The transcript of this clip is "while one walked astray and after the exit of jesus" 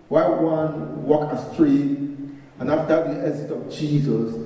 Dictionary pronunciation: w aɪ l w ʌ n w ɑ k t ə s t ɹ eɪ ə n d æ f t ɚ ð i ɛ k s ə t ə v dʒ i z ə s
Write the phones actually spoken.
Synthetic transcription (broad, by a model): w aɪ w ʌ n w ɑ k ə s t ɹ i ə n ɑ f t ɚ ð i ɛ s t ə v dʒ i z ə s